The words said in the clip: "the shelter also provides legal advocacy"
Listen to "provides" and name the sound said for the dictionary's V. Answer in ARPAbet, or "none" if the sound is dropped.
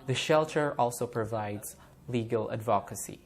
V